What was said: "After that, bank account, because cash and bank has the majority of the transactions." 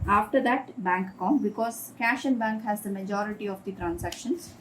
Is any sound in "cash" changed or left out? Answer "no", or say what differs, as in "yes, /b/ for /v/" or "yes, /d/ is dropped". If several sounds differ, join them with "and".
no